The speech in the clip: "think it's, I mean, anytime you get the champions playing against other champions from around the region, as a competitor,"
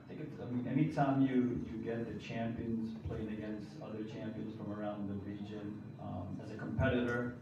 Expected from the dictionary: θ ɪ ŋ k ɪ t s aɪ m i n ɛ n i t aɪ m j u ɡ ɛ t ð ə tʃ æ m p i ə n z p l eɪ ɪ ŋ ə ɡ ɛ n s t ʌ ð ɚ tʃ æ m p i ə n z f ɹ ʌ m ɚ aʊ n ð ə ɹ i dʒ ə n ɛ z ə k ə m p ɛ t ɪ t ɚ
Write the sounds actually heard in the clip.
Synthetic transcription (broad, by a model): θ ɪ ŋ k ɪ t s aɪ m i n ɛ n i t aɪ m j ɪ ɡ ɛ t ð ə tʃ æ m p i ə n z p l eɪ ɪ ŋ ə ɡ ɛ n s t ʌ ð ɚ tʃ æ m p i ə n z f ɹ ʌ m ɚ aʊ n ð ə ɹ i dʒ ə n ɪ z ə k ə m p ɛ t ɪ t ɚ